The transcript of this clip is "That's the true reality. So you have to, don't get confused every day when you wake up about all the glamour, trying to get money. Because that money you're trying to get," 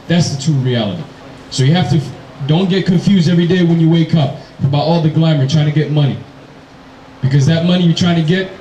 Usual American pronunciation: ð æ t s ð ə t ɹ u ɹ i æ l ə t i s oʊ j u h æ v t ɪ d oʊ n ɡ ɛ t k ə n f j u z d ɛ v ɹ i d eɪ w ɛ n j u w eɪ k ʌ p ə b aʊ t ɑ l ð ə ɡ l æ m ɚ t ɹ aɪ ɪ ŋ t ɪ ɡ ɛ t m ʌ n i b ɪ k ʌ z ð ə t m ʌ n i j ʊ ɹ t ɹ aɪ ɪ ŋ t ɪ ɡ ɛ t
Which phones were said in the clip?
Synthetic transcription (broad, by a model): ð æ t s ð ə t u ɹ i æ l ə t i s oʊ j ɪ h æ f t ɪ d oʊ n ɡ ɛ t k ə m f j u z d ɛ v ɹ i d eɪ w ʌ n j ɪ w eɪ k ʌ p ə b aʊ t ɑ l ð ə ɡ l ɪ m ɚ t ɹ aɪ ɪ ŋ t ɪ ɡ ɛ t m ʌ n i b ɪ k ʌ z ð ə t m ʌ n i j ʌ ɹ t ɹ aɪ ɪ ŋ t ɪ ɡ ɛ t